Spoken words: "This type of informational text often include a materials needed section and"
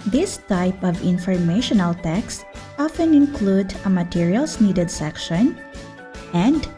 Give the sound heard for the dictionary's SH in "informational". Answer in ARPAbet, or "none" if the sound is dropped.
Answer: SH